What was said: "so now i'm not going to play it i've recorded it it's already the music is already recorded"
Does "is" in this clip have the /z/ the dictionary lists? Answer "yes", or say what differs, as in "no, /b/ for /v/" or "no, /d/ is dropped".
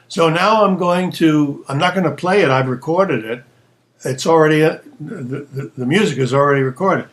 yes